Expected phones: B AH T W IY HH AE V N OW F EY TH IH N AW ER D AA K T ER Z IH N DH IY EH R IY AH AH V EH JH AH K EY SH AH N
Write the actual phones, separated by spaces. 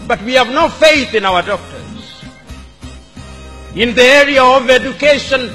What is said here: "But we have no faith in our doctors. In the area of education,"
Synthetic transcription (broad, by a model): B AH T W IY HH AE V N OW F EY TH IH N AW ER D AA K T ER Z IH N DH IY EH R IY AH AH V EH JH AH K EY SH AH N